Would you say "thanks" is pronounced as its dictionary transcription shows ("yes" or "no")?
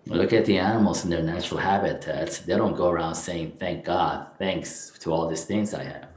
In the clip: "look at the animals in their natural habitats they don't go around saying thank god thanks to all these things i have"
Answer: yes